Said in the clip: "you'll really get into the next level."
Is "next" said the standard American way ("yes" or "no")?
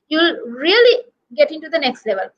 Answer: yes